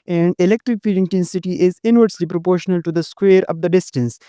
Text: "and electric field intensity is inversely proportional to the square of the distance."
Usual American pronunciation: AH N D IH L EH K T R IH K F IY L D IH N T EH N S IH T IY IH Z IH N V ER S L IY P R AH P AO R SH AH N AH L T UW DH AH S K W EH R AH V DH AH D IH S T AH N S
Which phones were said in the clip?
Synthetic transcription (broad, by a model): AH N D IH L EH K T R IH K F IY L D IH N T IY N S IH T IY IH Z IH N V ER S L IY P R AH P AO R SH AH N AH L T UW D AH S K W EH R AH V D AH D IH S T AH N S